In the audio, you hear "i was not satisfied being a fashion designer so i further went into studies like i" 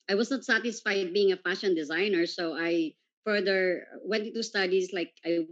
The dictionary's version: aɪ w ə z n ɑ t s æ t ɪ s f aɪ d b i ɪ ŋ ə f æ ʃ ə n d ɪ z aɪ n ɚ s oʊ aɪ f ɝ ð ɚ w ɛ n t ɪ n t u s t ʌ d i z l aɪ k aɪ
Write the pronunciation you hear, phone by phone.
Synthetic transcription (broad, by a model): aɪ w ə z n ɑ t s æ t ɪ s f aɪ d b i ɪ ŋ ə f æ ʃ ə n d ɪ z aɪ n ɚ s oʊ aɪ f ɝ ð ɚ w ɛ n t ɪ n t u s t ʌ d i s l aɪ k aɪ